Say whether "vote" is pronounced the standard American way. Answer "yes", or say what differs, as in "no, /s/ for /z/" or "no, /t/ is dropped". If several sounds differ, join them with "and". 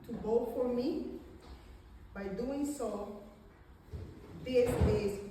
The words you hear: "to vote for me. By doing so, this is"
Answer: no, /b/ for /v/